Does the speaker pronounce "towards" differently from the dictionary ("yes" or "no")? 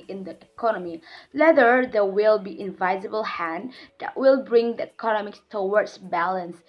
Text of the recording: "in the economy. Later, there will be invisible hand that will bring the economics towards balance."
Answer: yes